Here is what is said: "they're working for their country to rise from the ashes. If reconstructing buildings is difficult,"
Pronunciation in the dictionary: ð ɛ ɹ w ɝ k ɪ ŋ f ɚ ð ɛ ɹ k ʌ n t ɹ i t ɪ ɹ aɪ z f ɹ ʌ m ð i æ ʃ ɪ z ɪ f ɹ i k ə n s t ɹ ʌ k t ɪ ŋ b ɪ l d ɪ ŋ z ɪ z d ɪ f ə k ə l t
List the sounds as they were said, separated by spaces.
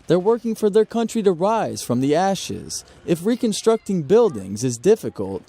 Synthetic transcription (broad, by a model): ð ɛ ɹ w ɝ k ɪ ŋ f ɚ ð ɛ ɹ k ʌ n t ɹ i t ɪ ɹ aɪ z f ɹ ʌ m ð i æ ʃ ɪ z ɪ f ɹ i k ə n s t ɹ ʌ k t ɪ ŋ b ɪ l d ɪ ŋ z ɪ z d ɪ f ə k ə l t